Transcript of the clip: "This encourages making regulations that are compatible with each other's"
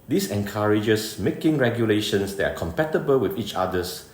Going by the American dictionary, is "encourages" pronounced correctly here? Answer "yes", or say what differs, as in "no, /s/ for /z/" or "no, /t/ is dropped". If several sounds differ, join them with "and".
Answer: no, /s/ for /z/